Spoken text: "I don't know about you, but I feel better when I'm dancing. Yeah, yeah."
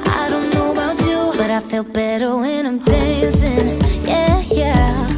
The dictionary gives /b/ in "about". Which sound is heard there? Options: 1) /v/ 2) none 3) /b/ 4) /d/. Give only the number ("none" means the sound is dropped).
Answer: 2